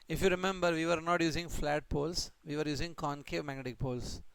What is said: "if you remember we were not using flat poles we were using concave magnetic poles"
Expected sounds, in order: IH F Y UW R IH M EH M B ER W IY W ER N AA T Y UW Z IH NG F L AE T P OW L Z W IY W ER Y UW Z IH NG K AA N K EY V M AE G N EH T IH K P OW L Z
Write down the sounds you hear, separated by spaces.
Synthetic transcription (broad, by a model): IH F Y UW R IH M EH M B ER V IY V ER N AA T Y UW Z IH NG F L AE T P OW L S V IY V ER Y UW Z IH NG K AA N K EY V M AE G N EH T IH K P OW L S